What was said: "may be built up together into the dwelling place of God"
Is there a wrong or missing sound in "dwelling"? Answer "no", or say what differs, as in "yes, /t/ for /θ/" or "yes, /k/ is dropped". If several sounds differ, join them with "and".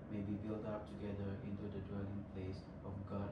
no